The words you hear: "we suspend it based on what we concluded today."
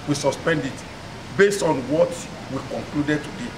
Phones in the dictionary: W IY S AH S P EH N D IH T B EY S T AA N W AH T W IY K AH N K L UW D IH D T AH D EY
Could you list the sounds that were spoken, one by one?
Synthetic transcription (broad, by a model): W IY S AH S P EH N D IH T B EY S T AA N W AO T W IY K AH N K L UW D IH D T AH D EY